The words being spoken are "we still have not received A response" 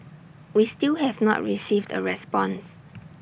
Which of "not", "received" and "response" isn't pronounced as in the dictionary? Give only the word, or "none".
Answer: none